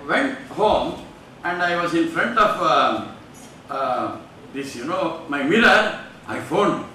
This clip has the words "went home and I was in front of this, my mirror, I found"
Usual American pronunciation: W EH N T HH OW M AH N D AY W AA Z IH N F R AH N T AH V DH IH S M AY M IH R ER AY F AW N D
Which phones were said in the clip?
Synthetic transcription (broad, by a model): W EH N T HH OW M AH N D AY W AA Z IH N F R AH N T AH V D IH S M AY M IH L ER AY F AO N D